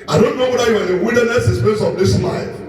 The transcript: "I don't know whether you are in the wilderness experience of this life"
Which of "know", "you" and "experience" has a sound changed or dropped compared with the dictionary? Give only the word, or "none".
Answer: experience